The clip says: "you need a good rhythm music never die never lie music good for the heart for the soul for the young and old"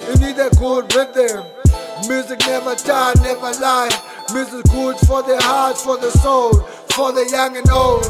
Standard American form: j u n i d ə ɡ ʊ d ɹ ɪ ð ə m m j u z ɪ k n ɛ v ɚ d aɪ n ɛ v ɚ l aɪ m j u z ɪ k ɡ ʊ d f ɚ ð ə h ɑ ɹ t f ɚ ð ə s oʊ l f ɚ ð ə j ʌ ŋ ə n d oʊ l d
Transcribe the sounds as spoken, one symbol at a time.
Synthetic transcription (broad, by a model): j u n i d ə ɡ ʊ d w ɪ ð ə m m j u z ɪ k n ɛ v ɚ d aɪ n ɛ v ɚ l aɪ m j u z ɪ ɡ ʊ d f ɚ ð ə h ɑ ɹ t f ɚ ð ə s oʊ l f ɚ ð ə j ʌ ŋ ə n oʊ l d